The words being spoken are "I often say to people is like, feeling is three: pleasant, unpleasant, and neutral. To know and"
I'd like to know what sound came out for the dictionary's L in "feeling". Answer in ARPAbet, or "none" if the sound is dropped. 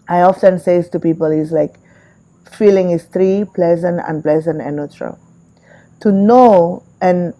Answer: L